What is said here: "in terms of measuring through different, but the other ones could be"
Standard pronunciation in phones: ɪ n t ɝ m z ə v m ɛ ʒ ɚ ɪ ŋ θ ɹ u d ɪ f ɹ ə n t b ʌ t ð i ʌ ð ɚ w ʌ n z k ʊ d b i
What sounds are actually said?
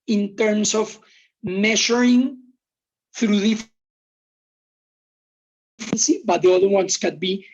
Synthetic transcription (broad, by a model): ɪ n t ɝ m s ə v m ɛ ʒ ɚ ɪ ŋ θ ɹ u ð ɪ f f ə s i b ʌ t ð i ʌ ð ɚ w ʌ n s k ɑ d b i